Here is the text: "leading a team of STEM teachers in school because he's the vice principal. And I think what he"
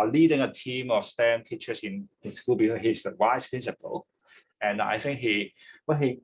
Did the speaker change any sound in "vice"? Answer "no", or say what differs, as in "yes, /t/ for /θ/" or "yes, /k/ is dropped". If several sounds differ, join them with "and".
yes, /w/ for /v/